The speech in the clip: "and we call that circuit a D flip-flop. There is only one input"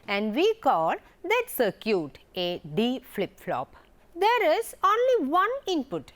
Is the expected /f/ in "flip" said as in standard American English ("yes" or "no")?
yes